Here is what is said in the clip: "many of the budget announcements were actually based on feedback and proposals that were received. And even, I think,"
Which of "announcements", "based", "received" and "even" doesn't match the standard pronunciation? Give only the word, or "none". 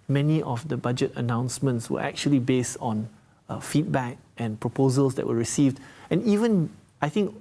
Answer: none